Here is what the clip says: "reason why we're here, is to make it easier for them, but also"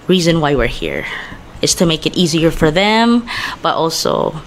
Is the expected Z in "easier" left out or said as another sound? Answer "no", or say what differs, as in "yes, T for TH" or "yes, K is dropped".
no